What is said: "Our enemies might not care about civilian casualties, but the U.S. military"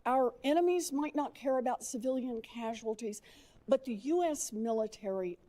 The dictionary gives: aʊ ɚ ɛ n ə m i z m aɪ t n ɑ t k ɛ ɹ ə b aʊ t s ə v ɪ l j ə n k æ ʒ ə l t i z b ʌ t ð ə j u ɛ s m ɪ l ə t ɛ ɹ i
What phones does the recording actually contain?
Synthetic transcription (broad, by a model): aʊ ɚ ɛ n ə m i z m aɪ t n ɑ t k ɛ ɹ ə b aʊ t s ə v ɪ l j ə n k æ ʒ ə l t i z b ʌ t ð ə j u ɛ s m ɪ l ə t ɛ ɹ i